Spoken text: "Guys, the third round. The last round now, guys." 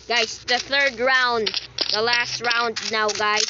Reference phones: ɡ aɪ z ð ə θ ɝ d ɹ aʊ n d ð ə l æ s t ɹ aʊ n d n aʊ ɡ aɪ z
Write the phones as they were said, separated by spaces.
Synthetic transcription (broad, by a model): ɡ aɪ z ð ə θ ɝ d ɹ aʊ n d ð ə l æ s t ɹ aʊ n d n aʊ ɡ aɪ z